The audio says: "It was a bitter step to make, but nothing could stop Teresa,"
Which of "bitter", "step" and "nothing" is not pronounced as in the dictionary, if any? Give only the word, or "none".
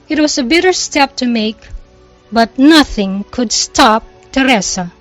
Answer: none